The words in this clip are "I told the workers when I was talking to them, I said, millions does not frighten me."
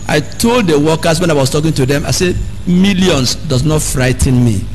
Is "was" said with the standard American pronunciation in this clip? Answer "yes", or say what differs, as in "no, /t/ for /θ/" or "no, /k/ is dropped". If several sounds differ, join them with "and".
no, /s/ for /z/